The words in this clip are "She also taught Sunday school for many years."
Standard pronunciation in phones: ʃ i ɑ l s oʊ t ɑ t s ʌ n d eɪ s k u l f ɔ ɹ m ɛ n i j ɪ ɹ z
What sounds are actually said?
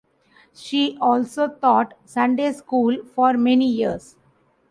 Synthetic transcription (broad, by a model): ʃ i ɑ l s oʊ t ɑ t s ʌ n d eɪ s k u l f ɔ ɹ m ɛ n i j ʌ ɹ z